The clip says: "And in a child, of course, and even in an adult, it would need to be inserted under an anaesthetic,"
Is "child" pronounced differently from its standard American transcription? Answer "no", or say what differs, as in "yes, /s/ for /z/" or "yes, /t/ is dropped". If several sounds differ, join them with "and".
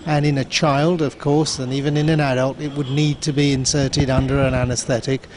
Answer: no